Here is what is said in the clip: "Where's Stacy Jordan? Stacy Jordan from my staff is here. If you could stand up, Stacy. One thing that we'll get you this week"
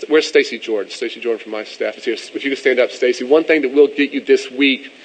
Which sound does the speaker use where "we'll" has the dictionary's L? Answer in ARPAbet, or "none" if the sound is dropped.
L